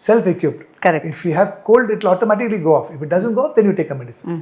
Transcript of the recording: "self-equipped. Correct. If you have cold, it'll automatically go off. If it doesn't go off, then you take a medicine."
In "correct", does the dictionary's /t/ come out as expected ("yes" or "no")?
no